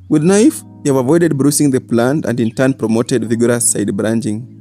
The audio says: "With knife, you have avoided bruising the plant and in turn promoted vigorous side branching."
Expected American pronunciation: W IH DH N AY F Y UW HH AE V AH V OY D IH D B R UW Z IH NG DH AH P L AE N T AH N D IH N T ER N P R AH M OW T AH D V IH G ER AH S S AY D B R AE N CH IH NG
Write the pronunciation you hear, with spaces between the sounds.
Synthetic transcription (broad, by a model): W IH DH N AY F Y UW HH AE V AH V OY D IH D B R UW S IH NG DH AH P L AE N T AH N D IH N T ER N P R AH M OW T AH D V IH G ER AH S S AY D B R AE N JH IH NG